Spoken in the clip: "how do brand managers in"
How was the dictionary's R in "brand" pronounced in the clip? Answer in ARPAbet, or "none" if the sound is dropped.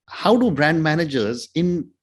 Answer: R